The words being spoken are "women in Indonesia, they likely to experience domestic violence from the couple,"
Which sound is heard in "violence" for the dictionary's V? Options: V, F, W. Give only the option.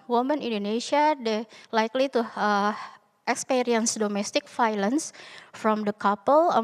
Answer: F